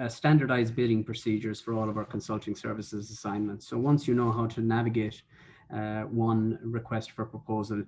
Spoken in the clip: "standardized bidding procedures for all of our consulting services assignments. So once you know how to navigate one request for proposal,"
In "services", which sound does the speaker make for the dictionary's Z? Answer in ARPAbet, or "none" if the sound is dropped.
Z